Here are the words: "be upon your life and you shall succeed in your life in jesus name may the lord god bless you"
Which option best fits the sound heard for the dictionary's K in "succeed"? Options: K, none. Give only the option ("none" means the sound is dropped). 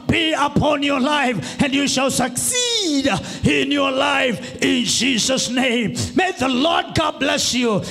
K